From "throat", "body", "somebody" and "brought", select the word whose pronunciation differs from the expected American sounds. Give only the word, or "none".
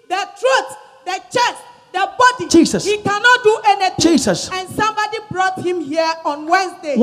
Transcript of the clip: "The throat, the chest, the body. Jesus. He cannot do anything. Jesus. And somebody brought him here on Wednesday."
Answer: throat